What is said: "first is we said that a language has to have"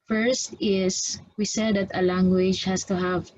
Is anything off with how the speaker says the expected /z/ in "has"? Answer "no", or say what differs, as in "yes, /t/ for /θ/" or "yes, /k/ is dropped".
yes, /s/ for /z/